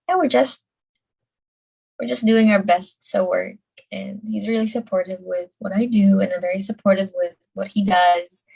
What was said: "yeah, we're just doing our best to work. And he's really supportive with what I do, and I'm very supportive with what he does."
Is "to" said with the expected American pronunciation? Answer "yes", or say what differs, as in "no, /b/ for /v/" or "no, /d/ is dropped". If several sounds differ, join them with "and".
no, /s/ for /t/